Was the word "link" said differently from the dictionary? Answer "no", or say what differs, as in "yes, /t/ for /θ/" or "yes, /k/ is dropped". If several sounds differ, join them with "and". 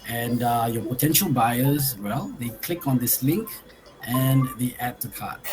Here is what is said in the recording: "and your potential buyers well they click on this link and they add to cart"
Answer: no